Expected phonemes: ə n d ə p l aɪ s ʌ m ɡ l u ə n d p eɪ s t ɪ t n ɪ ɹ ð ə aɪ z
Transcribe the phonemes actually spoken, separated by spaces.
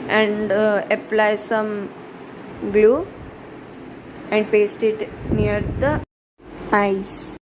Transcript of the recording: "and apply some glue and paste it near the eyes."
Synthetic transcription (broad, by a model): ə n d ə p l aɪ s ʌ m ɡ l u ə n d p eɪ s t ɪ t n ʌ ɹ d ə aɪ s